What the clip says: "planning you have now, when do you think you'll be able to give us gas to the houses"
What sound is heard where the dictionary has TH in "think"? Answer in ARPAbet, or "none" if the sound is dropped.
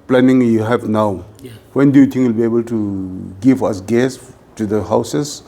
T